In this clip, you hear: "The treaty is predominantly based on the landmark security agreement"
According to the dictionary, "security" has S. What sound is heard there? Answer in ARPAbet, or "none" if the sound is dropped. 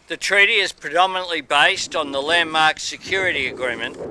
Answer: S